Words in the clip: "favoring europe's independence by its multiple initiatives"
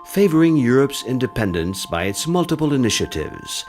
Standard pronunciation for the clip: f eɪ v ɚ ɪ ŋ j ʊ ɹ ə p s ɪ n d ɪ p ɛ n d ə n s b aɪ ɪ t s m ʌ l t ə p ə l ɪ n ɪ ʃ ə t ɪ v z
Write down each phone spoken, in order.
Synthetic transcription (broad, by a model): f eɪ v ɚ ɪ ŋ j ʊ ɹ ə p s ɪ n d ɪ p ɛ n d ə n s b aɪ ɪ t s m ʌ l t ə p ə l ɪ n ɪ ʃ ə t ɪ v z